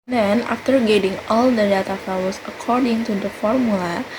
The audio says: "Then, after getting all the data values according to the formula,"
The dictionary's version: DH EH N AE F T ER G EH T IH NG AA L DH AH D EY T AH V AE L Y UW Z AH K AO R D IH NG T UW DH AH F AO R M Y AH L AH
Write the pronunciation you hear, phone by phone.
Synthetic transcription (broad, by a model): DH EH N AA F T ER G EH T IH NG AA L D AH D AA T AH F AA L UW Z AH K AO R D IH NG T UW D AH F AO R M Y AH L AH